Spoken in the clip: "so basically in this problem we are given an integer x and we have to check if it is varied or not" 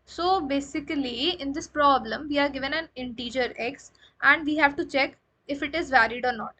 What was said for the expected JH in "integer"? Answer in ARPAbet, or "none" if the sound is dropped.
JH